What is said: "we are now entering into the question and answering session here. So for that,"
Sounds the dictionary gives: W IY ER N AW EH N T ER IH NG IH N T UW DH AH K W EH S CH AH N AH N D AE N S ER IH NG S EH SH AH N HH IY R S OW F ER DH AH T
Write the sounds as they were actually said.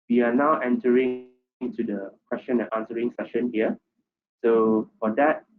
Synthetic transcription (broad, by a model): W IY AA N AW EH N T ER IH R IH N T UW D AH K W EH S CH AH N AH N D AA N S ER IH NG S EH SH AH N HH IY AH S OW F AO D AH T